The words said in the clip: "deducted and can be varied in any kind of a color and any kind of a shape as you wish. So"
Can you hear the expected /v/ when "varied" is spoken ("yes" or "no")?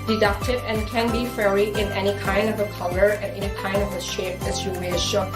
no